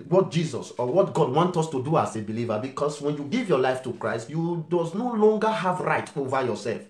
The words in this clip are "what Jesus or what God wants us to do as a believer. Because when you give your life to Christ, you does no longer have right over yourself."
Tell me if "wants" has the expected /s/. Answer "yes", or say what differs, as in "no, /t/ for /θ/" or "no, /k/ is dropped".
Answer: no, /s/ is dropped